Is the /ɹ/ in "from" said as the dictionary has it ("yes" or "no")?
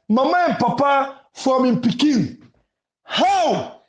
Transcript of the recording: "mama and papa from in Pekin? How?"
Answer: no